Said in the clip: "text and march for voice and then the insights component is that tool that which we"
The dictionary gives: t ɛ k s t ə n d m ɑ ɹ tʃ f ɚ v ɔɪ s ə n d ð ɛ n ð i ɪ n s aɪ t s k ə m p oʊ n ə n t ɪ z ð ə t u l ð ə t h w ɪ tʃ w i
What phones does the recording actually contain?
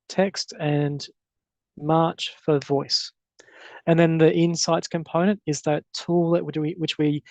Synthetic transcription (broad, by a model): t ɛ k s t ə n m ɑ ɹ tʃ f ɚ v ɔɪ s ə n ð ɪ n ð i ɪ n s aɪ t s k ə m p oʊ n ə n t ɪ z ð ə t u l ð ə t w w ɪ tʃ w i